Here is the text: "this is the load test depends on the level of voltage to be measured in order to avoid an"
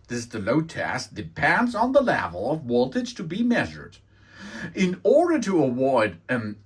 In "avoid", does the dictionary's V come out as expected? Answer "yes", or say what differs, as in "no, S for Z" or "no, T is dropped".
no, W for V